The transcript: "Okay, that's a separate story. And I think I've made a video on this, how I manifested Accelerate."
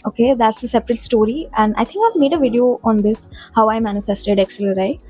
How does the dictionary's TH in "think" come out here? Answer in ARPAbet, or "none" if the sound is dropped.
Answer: T